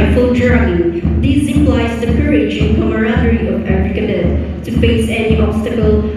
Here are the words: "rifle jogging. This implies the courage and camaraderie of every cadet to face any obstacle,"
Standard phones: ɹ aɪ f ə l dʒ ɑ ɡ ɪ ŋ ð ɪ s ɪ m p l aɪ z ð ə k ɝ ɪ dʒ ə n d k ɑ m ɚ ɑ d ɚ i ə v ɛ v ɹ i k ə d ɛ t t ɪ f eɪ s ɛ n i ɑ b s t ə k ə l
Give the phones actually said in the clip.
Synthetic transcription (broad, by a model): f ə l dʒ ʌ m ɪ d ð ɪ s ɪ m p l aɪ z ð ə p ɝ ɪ ʃ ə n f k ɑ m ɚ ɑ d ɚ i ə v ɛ f ɹ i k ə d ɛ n t ɪ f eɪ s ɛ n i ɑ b s t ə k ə l